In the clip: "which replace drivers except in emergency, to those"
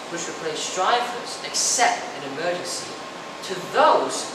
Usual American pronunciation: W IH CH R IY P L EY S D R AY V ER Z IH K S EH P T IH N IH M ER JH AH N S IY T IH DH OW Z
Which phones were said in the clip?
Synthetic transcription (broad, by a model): W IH CH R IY P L EY S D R AY F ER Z IH K S EH P T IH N IH M ER JH AH N S IY T IH DH OW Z